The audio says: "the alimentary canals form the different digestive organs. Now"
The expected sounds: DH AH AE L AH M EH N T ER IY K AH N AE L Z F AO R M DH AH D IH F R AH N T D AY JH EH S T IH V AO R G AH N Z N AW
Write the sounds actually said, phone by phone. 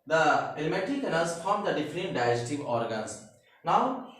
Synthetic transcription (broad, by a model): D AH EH L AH M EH T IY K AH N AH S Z F AO R M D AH D IH F R AH N T D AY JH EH T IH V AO R G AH N S N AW